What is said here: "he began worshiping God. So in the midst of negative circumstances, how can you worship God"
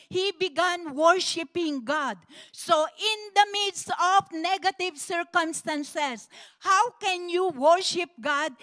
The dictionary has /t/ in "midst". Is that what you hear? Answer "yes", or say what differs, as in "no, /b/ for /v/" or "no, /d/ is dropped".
no, /t/ is dropped